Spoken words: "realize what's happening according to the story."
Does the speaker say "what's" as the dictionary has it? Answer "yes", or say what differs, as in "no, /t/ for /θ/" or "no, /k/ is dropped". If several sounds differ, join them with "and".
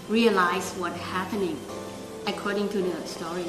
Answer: no, /s/ is dropped